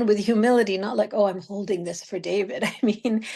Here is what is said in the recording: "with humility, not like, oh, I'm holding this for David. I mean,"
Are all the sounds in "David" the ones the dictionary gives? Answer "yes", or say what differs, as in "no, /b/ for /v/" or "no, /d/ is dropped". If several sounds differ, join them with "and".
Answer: yes